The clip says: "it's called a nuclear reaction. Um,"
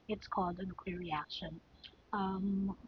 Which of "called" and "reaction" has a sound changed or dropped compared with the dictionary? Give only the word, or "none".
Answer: none